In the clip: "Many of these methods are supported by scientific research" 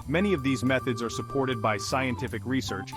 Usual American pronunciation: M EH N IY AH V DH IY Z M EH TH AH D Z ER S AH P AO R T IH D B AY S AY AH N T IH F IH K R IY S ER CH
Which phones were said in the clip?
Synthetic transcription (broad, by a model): M EH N IY AH V DH IY Z M EH TH AH D Z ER S AH P AO R T IH D B AY S AY AH N T IH F IH K R IY S ER CH